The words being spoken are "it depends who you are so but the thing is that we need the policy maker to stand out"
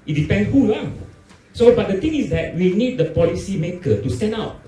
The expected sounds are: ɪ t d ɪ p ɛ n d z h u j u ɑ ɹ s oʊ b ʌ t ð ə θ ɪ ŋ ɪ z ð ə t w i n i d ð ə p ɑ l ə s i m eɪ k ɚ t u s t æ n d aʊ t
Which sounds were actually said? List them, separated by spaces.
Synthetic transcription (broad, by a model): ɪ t d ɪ p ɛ n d h u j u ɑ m s oʊ b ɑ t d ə t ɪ ŋ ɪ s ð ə t w i n i d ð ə p ɑ l ə s i m eɪ k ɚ t u s t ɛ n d aʊ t